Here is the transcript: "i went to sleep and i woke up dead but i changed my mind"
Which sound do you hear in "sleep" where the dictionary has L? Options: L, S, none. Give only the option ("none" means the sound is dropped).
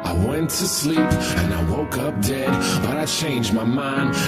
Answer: L